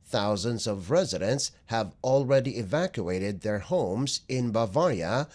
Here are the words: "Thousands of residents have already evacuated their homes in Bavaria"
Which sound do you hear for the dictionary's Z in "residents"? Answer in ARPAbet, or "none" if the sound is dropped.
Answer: Z